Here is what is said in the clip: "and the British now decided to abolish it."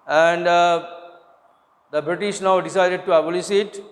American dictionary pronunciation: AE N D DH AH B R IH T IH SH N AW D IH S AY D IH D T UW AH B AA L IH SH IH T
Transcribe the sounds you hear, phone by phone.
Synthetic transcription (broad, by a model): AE N D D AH B R IH T IH SH N AW D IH S AY D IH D T UW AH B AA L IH S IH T